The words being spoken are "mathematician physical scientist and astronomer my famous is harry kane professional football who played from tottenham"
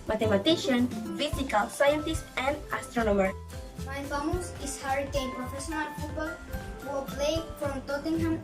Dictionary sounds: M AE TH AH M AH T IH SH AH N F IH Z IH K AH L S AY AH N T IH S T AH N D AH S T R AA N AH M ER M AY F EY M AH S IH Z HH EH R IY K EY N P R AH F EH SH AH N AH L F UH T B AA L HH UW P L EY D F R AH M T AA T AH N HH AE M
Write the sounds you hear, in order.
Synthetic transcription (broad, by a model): M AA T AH M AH T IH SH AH N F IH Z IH K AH L S AY AH N T IH S T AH N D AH S T R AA N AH M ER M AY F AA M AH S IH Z HH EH R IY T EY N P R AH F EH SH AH N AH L P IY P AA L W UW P L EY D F R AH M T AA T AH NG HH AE M